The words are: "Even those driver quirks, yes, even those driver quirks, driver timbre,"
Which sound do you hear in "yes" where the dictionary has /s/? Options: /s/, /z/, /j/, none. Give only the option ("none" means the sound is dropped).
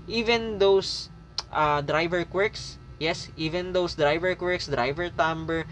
/s/